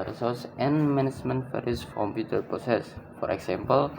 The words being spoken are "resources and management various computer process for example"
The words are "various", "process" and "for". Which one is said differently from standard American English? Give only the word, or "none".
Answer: various